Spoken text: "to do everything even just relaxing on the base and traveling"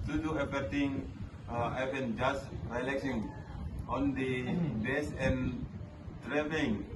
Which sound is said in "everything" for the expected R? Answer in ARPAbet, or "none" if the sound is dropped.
none